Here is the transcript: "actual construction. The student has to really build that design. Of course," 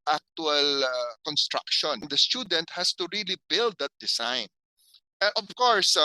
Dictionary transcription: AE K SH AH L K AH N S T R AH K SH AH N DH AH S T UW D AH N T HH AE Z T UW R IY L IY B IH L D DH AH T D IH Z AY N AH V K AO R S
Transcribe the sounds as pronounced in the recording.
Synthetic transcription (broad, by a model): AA K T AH L K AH N S T R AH K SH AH N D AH S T UW D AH N T HH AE S T UW R IY L IY B IH L D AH T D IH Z AY N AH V K AO R S